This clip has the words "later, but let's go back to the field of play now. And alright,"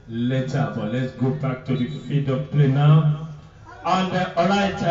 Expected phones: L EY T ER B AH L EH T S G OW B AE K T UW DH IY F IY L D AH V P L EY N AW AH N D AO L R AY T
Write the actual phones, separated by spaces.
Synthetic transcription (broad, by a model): L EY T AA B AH L EH T S G OW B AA K T UW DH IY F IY D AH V P L EY N AW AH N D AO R AY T